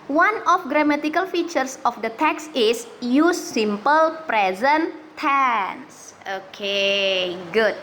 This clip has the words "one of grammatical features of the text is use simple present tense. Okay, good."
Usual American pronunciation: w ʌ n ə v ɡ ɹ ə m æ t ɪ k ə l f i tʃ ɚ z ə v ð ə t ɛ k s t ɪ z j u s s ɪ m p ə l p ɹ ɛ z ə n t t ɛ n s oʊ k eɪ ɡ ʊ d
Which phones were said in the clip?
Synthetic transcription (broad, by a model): w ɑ n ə f ɡ ɹ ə m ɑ t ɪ k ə l f i tʃ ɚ s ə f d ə t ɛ k s ɪ s j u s s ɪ m p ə l p ɹ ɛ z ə n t t ɛ n s oʊ k eɪ ɡ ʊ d